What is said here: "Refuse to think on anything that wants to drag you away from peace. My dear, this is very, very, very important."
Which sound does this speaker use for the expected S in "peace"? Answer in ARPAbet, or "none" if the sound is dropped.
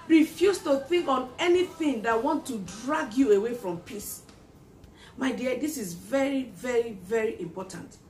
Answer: S